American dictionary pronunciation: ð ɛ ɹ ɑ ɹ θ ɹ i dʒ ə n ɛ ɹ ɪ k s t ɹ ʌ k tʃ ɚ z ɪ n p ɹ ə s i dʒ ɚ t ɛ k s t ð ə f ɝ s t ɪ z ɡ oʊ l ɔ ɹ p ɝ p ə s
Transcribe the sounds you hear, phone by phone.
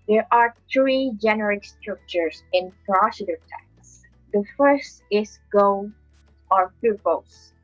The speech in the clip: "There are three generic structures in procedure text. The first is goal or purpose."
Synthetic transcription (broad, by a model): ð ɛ ɹ ɑ ɹ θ ɹ i dʒ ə n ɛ ɹ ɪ k s t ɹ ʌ k tʃ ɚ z ɪ n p ɹ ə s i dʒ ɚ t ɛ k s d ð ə f ɝ s t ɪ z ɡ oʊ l ɔ ɹ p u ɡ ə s